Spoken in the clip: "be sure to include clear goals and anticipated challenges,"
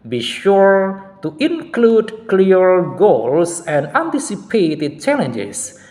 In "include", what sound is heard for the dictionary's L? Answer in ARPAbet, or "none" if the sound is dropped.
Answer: L